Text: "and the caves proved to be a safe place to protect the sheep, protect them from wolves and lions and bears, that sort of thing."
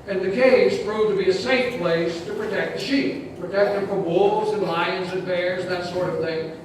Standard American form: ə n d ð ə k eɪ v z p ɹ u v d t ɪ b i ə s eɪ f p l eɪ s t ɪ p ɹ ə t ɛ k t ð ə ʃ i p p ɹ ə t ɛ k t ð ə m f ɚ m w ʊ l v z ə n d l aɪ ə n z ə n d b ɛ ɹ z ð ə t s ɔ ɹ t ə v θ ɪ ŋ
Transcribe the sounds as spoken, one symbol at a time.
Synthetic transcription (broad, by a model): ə n ð ə k eɪ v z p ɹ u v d t ɪ b i ə s eɪ f p l eɪ s t ɪ p ɹ ə t ɛ k t ð ə ʃ i p p ɹ ə t ɛ k t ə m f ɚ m w ʊ l v z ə n l aɪ ə n z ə n b ɛ ɹ z ð ə t s ɔ ɹ t ə v θ ɪ ŋ